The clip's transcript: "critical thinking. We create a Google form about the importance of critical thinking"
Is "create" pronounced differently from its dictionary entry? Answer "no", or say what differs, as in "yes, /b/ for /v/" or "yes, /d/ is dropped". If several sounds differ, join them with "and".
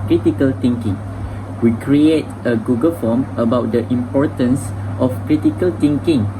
no